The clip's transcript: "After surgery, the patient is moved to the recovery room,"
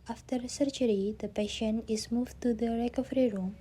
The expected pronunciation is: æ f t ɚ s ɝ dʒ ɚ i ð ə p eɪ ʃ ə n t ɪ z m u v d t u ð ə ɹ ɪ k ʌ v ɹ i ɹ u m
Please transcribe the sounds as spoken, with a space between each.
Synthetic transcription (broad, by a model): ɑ f t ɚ s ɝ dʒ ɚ i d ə p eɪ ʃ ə n ɪ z m u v t u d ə ɹ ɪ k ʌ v ɹ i ɹ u m